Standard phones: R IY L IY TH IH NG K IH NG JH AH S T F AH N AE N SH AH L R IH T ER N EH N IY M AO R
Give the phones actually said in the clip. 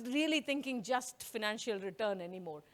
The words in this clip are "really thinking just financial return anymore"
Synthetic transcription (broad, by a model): R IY L IY T IH NG K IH NG JH AH S T F AH N AE N SH AH L R IH T ER N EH N IY M AO R